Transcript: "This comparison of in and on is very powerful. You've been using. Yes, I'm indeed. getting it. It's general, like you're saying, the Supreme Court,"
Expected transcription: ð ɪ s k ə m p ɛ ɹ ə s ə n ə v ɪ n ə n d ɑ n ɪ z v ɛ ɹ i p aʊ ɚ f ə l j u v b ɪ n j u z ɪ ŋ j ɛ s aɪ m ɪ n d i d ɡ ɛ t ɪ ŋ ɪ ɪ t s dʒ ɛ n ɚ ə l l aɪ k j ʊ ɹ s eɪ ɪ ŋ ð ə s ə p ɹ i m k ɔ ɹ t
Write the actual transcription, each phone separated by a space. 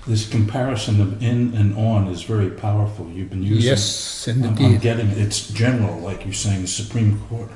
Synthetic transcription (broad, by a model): ð ɪ s k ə m p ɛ ɹ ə s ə n ə v ɪ n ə n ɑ n ɪ z v ɛ ɹ i p aʊ ɚ f l j u v b ɪ n j u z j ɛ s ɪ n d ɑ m ɡ ɛ t ɪ ŋ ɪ ɪ t s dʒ ɛ n ɚ l l aɪ k j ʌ ɹ s eɪ ɪ ŋ ð ə s ə p ɹ i m k ɔ ɹ t